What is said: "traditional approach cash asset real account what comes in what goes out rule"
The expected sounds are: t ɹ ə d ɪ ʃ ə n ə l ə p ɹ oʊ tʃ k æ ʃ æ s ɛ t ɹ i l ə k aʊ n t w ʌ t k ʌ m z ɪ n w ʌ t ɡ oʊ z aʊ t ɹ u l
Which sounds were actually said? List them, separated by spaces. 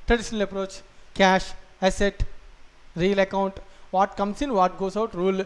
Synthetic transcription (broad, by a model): t ɹ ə d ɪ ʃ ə n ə l ə p ɹ oʊ tʃ k æ ʃ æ s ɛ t ɹ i l ə k aʊ n t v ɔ t k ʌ m s ɪ n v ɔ t ɡ oʊ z aʊ t ɹ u l